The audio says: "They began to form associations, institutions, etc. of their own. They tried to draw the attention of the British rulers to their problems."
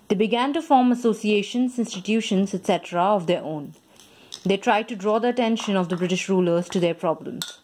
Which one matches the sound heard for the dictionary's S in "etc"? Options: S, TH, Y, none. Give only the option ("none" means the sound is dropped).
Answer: S